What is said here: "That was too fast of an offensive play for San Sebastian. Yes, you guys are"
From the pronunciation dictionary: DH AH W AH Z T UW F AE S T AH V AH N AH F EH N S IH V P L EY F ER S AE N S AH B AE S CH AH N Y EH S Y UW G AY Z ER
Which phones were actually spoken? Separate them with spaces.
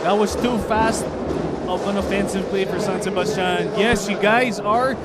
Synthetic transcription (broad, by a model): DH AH W AH Z T UW F AE S T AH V AH N AH F EH N S IH V P L EY F ER S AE N S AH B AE S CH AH N Y EH S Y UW G AY Z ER